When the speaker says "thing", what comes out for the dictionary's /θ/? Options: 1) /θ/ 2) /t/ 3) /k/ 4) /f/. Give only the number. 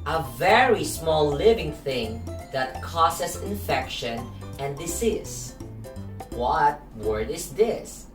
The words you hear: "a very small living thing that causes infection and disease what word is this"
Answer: 1